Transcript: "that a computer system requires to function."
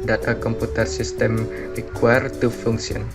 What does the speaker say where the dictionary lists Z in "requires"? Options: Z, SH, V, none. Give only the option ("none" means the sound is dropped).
none